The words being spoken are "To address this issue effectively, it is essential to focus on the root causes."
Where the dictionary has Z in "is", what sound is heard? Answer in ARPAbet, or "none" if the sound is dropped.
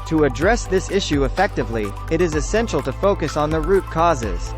Z